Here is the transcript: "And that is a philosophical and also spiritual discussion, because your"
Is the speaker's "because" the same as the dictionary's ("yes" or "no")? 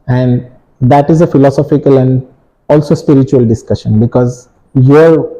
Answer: yes